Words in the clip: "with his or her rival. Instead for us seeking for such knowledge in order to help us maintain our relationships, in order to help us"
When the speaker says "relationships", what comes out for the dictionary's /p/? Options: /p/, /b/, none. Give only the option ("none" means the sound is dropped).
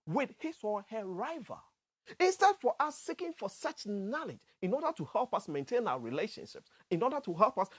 /p/